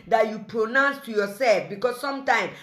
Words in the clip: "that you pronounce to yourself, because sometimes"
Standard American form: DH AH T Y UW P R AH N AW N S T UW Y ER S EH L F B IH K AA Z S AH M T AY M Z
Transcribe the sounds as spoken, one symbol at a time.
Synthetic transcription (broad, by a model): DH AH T Y UW P R AH N AW N S T UW Y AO S EH L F B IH K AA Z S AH M T AY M